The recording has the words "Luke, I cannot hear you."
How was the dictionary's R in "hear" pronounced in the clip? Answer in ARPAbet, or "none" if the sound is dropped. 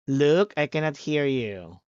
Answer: R